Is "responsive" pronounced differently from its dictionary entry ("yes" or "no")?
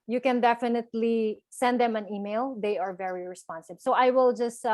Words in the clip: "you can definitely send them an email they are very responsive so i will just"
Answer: yes